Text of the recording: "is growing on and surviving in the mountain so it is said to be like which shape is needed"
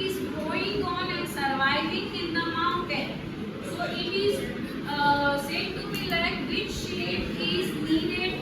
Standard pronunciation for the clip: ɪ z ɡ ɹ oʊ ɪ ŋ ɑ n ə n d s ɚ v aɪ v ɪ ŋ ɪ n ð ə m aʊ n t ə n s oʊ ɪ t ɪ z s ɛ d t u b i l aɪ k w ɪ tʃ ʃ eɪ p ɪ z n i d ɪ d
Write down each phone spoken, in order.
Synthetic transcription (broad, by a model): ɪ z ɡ oʊ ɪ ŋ ɑ n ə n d s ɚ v aɪ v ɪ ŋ ɪ n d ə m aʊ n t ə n s oʊ ɪ t ɪ z s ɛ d t u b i l aɪ k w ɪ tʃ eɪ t ɪ z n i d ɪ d